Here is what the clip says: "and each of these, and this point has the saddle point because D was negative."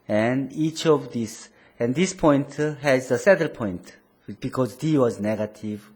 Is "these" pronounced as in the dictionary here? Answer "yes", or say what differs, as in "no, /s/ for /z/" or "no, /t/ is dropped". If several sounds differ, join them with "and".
no, /s/ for /z/